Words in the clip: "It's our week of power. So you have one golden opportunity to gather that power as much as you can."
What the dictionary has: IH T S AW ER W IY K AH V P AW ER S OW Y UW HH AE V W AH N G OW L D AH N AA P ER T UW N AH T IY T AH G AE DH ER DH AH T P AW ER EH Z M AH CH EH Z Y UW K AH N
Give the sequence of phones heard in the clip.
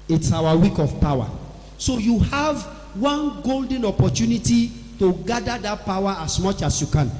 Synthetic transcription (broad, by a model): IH T S AW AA W IY K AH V P AW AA S OW Y UW HH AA V W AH N G OW L D AH N AA P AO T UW N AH T IY T AH G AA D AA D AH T P AW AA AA S M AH CH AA S Y UW K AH N